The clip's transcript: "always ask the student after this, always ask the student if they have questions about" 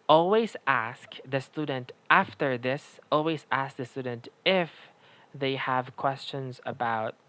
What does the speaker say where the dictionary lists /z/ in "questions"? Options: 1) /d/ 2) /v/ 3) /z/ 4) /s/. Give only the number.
3